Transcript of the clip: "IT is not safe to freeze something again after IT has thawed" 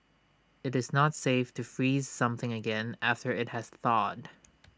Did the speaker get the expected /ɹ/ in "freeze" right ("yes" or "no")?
yes